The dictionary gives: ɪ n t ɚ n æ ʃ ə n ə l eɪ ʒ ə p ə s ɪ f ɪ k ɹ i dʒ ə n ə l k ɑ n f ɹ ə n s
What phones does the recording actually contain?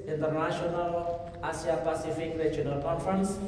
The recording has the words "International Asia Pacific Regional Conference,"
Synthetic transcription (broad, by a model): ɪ n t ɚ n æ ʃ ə n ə l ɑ s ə p ə s ɪ f ɪ k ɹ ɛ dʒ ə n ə l k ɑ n f ɹ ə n s